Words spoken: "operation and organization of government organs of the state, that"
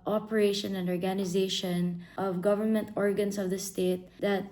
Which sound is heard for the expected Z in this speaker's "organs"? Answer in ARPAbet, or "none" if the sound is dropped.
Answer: S